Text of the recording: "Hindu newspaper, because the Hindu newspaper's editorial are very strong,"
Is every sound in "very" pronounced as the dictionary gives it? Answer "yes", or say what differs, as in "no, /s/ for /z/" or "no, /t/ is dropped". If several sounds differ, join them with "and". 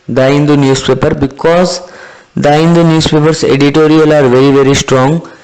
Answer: yes